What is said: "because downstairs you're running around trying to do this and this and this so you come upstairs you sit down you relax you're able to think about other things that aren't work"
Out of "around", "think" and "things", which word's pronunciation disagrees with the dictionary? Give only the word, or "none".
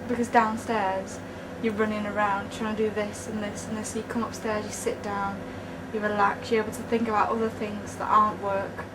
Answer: none